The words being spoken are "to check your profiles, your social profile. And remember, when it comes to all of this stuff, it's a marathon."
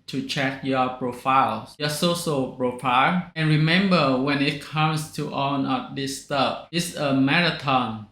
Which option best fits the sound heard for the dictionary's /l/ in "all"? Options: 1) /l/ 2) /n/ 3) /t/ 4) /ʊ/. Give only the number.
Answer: 2